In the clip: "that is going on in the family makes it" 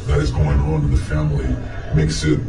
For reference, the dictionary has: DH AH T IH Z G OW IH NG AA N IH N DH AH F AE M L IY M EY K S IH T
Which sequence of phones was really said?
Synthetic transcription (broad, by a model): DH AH T IH Z G OW IH NG IH N DH AH F AE M L IY M EY K S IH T